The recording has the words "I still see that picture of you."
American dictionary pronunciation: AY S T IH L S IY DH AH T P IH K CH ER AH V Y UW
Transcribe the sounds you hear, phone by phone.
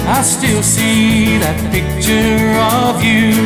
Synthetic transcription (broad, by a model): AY S T IH L S IY DH AH T P IH K CH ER AH V Y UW